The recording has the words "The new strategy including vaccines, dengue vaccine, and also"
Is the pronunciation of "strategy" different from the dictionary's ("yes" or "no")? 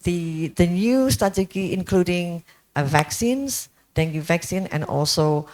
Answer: yes